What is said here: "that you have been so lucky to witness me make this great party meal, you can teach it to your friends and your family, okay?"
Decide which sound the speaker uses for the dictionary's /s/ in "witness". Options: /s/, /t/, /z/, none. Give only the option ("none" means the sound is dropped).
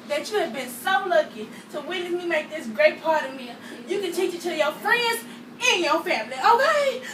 none